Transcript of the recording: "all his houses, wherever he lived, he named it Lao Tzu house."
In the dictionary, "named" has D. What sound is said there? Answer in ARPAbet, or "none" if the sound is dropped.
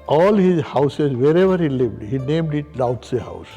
D